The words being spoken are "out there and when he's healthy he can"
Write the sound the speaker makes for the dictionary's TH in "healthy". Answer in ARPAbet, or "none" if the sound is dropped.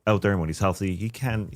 TH